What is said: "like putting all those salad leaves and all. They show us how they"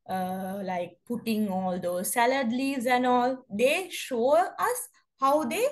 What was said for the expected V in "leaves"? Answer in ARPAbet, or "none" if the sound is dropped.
none